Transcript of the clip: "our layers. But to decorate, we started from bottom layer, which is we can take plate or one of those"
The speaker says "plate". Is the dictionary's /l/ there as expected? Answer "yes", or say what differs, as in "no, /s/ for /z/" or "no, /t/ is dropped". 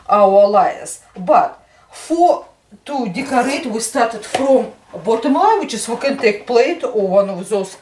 yes